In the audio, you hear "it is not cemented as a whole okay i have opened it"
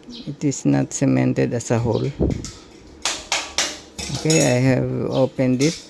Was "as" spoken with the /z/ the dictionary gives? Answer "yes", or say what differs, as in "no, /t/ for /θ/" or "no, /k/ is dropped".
no, /s/ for /z/